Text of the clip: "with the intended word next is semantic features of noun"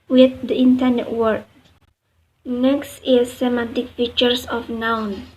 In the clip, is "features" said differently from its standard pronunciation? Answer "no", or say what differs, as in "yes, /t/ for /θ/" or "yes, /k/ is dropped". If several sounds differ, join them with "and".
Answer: yes, /s/ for /z/